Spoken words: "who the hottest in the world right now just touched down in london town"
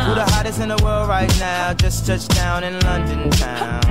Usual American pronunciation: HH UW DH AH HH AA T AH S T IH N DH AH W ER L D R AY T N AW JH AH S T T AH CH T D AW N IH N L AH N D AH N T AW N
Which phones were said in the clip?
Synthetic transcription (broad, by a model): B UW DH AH HH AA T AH S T IH N DH AH W ER L D R AY T N AW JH AH S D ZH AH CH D AW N IH N L AH N D AH N T AW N